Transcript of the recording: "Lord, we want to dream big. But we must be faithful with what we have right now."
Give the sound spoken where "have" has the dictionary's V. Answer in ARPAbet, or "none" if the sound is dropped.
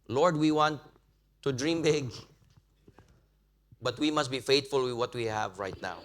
V